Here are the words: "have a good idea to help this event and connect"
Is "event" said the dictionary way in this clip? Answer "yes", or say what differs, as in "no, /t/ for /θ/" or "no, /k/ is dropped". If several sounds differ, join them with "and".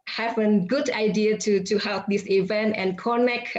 yes